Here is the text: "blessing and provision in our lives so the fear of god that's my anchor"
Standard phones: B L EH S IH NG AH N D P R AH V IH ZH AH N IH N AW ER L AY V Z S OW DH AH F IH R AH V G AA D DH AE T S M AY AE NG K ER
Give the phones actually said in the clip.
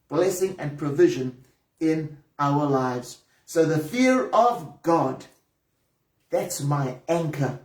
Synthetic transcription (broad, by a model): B L EH S IH NG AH N P R AH V IH ZH AH N IH N AW ER L AY V Z S OW DH AH F IH R AH V G AA D DH AE T S M AY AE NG K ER